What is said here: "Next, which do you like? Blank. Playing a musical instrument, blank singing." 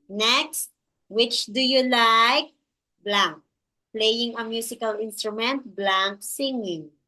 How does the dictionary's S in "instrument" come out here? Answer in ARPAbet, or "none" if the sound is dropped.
S